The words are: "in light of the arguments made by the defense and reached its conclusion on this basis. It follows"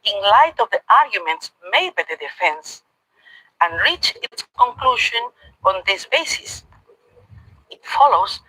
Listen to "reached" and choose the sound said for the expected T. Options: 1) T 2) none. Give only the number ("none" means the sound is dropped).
2